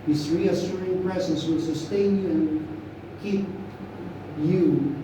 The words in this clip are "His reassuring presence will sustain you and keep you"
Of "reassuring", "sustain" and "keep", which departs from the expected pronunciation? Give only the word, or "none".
reassuring